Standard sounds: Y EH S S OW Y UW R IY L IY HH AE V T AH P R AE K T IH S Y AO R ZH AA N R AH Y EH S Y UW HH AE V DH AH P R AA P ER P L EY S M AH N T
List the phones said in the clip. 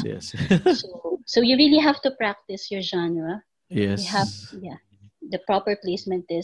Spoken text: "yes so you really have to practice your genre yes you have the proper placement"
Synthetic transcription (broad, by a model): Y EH S S OW Y UW R IY L IY HH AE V T AH P R AE K T IH S Y AO R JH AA N AH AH Y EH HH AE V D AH P R AA P ER P L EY S M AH N T